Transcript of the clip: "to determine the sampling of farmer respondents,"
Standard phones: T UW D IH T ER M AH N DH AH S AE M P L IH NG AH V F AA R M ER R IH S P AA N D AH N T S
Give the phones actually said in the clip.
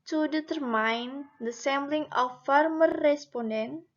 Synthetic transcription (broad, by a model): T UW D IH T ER M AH N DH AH S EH M B L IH NG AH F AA R M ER R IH S P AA N D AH N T